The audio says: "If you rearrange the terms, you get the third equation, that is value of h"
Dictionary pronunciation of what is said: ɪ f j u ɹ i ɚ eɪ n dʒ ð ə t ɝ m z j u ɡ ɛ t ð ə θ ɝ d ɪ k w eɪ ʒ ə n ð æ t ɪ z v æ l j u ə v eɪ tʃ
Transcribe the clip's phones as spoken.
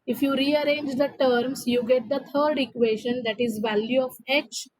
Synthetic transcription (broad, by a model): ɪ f j u ɹ i ɚ eɪ n dʒ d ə t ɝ m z j u ɡ ɛ t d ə t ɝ d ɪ k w eɪ ʃ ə n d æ t ɪ z v æ l j u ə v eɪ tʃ